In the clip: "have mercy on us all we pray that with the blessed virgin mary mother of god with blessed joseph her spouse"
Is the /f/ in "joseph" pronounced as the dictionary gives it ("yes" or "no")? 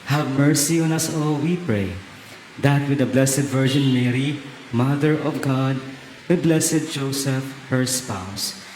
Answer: yes